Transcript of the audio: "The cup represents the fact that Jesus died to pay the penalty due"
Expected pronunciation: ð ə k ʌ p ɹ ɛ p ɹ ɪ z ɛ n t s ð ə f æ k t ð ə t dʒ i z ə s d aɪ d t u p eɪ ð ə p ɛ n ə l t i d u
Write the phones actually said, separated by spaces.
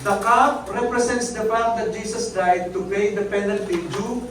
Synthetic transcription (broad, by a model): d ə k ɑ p ɹ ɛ p ɹ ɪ s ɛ n t s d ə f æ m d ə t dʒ i s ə s d aɪ d t u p eɪ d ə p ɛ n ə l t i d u